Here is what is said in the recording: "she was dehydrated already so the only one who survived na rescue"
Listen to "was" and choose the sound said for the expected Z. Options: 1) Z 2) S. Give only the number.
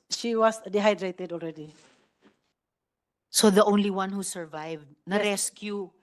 2